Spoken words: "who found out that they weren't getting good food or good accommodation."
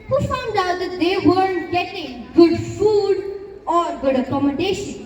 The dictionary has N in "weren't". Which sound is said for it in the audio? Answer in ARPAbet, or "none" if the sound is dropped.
none